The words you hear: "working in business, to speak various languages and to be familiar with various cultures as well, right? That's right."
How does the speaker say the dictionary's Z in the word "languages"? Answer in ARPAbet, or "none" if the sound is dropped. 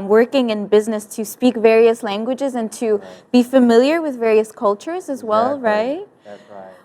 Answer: Z